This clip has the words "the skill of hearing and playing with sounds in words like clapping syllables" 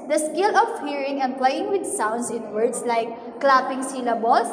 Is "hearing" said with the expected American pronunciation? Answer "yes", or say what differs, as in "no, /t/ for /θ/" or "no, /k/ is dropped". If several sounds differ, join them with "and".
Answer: yes